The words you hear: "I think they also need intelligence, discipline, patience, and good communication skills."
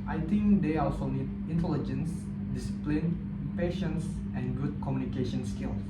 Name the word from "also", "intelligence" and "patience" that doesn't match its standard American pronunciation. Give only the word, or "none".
none